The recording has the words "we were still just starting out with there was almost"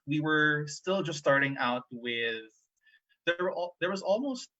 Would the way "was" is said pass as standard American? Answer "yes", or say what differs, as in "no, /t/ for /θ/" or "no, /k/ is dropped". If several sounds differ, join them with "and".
yes